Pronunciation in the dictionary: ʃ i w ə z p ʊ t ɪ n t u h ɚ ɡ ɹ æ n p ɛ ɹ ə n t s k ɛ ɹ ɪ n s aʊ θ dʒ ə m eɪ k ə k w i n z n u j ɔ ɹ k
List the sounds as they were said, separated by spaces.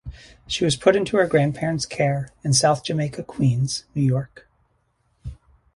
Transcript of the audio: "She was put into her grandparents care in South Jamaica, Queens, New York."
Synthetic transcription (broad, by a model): ʃ i w ə z p ʊ t ɪ n t u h ɚ ɡ ɹ æ n p ɛ ɹ ə n t s k ɛ ɹ ɪ n s aʊ θ dʒ ə m eɪ k ə k w i n z n u j ɔ ɹ k